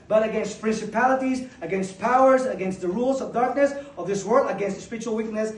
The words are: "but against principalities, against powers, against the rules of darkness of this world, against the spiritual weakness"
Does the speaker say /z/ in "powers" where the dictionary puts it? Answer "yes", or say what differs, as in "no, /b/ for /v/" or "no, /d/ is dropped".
yes